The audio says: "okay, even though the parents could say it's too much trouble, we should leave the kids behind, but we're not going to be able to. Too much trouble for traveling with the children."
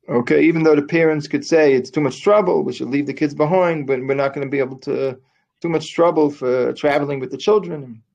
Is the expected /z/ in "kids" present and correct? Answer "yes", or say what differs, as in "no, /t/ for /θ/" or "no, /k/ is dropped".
yes